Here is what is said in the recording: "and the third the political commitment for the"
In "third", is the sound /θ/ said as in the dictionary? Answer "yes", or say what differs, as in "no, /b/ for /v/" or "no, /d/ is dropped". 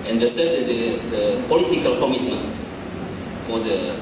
no, /s/ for /θ/